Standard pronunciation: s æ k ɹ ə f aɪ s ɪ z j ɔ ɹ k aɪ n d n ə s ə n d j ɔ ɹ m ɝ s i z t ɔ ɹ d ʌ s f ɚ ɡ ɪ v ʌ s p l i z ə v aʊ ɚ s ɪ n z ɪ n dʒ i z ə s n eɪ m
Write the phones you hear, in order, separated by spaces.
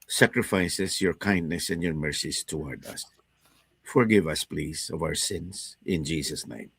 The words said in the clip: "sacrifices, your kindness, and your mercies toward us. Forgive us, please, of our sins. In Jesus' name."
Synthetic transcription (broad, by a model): s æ k ɹ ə f aɪ s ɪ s j ɔ ɹ k aɪ n d n ə s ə n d j ɔ ɹ m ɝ s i s t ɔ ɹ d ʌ s f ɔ ɡ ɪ v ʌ s p l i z ə v aʊ ɚ s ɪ n s ɪ n dʒ i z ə s n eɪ m